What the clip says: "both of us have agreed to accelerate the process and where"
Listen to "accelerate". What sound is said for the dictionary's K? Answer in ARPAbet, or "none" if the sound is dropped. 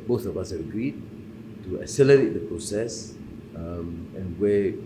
none